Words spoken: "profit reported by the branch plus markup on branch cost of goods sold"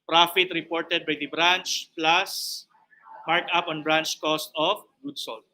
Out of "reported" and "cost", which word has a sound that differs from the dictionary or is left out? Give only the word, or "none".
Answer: none